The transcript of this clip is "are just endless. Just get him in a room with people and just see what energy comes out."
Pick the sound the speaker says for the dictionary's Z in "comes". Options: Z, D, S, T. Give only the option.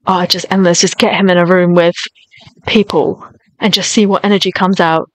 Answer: Z